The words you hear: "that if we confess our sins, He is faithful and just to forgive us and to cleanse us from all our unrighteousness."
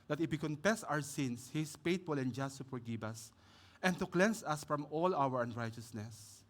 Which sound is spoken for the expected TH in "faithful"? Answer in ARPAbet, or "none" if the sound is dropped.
T